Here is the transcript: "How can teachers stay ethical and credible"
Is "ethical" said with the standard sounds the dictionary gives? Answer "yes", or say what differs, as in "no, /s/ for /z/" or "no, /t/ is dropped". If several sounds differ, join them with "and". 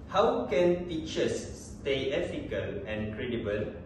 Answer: no, /f/ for /θ/